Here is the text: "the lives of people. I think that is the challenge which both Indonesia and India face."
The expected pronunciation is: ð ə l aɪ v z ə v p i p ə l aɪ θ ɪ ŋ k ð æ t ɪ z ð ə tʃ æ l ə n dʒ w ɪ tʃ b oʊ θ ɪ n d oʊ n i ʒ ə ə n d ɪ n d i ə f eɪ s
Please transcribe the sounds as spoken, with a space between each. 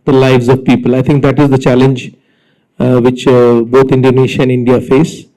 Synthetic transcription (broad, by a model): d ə l aɪ v z ə v p i p ə l aɪ t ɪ ŋ k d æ t ɪ z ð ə tʃ æ l ə n dʒ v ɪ tʃ b oʊ t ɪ n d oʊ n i ʃ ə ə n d ɪ n d i ə f eɪ s